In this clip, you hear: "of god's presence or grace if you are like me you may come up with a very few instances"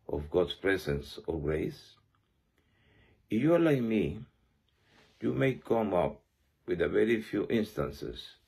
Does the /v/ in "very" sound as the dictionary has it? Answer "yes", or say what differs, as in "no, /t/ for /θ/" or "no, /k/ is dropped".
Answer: yes